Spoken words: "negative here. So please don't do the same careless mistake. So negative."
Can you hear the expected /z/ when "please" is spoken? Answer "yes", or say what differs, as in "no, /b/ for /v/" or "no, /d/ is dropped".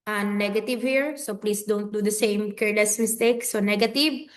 no, /s/ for /z/